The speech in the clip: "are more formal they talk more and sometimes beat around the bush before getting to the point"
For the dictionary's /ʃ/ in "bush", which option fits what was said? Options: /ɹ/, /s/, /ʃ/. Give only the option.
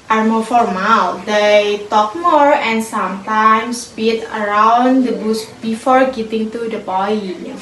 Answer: /s/